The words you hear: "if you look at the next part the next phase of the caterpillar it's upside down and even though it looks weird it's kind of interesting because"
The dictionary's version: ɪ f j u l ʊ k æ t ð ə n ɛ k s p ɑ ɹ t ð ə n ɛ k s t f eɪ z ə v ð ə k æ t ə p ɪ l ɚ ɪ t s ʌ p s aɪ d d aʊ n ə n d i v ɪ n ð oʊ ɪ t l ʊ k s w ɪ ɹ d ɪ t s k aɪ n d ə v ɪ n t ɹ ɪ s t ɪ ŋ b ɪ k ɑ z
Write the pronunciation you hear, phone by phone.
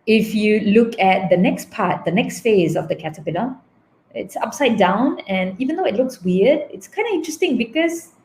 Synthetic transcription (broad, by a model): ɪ f j u l ʊ k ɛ t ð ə n ɛ k s p ɑ t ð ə n ɛ k s t f eɪ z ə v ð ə k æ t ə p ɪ n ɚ ɪ t s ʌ p s aɪ d d aʊ n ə n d i v ɪ n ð oʊ ɪ t l ʊ k s w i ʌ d ɪ t s k aɪ n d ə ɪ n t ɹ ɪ s t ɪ ŋ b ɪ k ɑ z